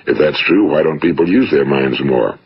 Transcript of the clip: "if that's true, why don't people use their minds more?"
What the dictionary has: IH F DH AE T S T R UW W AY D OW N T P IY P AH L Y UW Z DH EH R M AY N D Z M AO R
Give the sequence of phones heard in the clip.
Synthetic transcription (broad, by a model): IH F DH AE T S T R UW W AY D OW N T P IY P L Y UW Z DH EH R M AY N D Z M AO R